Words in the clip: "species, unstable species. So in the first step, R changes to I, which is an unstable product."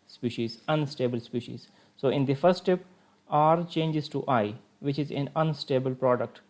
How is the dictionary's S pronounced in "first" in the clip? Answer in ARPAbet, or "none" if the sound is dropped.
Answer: S